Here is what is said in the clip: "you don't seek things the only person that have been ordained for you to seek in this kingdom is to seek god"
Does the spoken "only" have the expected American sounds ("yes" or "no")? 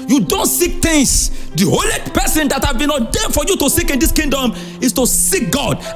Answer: no